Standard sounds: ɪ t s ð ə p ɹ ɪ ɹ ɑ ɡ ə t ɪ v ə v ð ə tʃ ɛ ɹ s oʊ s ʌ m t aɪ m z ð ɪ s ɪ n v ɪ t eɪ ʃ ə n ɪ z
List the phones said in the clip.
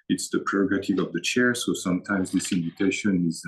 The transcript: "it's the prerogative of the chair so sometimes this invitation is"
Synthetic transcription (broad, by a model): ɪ t s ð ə p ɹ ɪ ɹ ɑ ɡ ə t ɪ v ə v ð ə tʃ ɛ ɹ s oʊ s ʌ m t aɪ m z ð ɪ s ɪ n v ɪ t eɪ ʃ ə n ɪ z